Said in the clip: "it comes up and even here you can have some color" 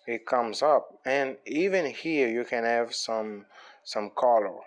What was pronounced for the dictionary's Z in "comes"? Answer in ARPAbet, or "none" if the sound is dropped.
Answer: Z